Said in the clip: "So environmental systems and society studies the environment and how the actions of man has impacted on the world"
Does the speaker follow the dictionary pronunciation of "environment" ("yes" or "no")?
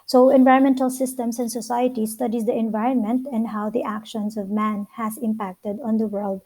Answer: yes